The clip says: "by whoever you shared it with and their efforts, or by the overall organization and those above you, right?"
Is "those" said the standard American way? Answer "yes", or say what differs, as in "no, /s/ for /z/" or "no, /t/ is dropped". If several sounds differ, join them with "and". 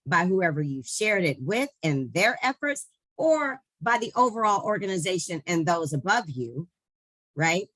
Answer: yes